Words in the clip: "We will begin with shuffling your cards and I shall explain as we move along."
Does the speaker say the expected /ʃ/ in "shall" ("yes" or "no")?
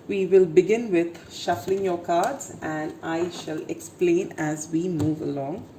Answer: yes